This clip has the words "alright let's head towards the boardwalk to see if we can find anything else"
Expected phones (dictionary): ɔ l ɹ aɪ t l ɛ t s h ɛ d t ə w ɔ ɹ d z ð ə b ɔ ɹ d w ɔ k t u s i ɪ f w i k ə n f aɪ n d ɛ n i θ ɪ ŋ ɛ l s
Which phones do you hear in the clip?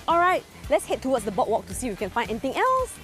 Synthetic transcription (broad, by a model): ɔ l ɹ aɪ t l ɛ t s h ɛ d t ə w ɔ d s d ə b ɔ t w ɔ k t u s i w i k ə n f aɪ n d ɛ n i t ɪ ŋ ɛ l s